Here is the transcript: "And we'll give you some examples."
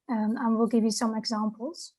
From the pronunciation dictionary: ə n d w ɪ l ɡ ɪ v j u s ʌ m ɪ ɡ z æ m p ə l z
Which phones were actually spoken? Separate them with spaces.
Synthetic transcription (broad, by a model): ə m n w ɪ l ɡ ɪ v j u s ʌ m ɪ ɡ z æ m p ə l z